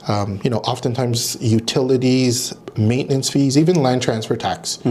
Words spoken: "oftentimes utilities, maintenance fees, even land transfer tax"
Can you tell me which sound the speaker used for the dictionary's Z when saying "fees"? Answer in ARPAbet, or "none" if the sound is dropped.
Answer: Z